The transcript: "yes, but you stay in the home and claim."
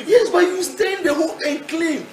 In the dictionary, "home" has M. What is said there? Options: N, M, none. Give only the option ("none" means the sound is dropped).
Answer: none